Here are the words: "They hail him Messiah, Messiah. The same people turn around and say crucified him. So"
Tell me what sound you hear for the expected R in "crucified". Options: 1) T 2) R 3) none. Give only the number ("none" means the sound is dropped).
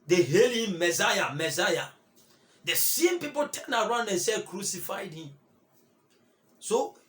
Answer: 2